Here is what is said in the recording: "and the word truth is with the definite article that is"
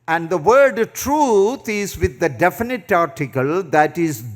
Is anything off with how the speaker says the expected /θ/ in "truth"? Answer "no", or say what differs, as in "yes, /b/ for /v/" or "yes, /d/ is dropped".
yes, /t/ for /θ/